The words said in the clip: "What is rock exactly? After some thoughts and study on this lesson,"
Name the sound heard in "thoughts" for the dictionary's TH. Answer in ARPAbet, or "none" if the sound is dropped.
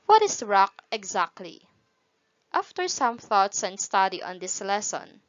TH